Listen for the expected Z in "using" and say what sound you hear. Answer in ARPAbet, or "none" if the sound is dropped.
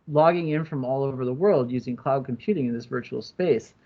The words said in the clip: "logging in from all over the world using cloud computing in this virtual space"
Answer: Z